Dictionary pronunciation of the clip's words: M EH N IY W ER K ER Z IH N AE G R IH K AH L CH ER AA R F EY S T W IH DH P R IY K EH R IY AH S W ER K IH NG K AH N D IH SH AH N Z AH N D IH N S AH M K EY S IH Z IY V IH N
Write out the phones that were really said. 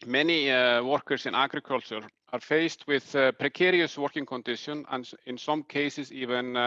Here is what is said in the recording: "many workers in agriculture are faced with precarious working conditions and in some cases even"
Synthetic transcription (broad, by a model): M EH N IY W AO K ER S IH N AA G R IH K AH L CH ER AA R F EY S T W IH DH P R IY K EH R IY AH S W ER K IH NG K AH N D IH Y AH N AH N IH N S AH M K EY S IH S IY V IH N